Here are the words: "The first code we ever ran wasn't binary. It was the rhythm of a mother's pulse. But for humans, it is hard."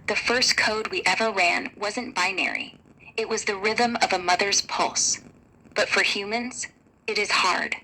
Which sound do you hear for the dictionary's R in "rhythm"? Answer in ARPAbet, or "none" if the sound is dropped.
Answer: R